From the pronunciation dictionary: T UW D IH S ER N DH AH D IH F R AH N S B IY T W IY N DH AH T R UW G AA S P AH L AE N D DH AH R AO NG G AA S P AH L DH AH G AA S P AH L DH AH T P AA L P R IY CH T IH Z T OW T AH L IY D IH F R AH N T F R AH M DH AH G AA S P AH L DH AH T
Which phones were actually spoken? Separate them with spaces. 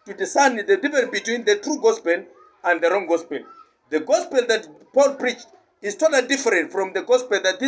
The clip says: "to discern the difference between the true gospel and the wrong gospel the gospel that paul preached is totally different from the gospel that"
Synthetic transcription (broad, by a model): T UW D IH S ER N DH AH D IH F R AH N B IY T W IY N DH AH T R UW G AA S P AH L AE N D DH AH R AO NG G AA S P AH L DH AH G AA S P AH L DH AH T P AA L P R IY CH T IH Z T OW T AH L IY D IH F R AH N T F R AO M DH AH G AA S P AH L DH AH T